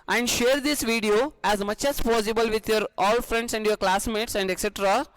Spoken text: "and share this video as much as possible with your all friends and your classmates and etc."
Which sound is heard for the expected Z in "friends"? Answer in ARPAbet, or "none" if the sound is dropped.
S